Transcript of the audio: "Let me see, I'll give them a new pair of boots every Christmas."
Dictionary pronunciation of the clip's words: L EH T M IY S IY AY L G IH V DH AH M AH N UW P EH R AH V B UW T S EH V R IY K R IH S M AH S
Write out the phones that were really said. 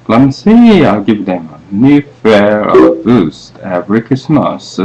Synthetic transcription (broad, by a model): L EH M S IY AY L G IH V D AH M AH N UW F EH R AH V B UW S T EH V R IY K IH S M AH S